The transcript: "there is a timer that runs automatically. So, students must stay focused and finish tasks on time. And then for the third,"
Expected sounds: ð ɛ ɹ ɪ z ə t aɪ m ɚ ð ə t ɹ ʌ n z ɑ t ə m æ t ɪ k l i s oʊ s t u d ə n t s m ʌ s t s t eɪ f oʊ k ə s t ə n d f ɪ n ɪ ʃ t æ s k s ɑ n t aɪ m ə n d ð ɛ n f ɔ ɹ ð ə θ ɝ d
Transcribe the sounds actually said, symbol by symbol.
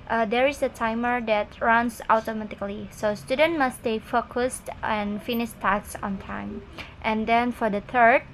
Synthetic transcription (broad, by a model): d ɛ ɹ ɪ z ə t aɪ m ɚ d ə t ɹ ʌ n s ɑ t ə m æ t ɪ k l i s oʊ s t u d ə n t m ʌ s s t eɪ f oʊ k ə s t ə n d f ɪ n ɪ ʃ t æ k s ɑ n t aɪ m ə n d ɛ n f ɔ ɹ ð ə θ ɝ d